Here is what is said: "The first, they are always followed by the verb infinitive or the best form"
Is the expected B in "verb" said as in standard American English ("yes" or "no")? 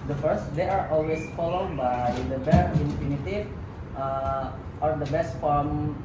no